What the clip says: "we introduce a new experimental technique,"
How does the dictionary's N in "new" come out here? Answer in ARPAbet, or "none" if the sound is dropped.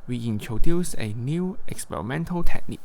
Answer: N